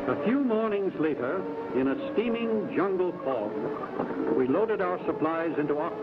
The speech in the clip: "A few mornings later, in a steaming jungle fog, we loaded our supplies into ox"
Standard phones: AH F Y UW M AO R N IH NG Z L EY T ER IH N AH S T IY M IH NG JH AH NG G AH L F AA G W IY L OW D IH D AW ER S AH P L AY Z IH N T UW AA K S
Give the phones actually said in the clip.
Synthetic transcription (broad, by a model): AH F Y UW M AO R N IH NG Z L EY T ER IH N AH S T IY M IH NG JH AH NG G L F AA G W IY L OW D IH D AW ER S AH P L AY Z IH N T UW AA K